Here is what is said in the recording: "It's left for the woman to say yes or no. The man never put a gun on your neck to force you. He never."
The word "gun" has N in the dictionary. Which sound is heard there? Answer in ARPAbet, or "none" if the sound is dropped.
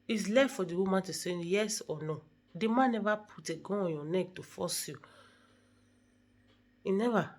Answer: none